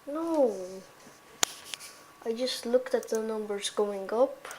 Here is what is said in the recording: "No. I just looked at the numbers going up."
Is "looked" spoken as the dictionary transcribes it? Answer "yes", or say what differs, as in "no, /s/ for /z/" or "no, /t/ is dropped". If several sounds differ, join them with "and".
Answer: yes